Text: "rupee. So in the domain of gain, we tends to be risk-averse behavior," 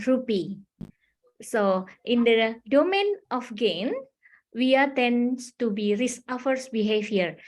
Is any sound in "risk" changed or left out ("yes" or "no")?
yes